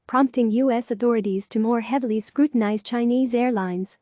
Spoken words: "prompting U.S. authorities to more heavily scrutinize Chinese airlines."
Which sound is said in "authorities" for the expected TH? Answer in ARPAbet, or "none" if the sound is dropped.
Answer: TH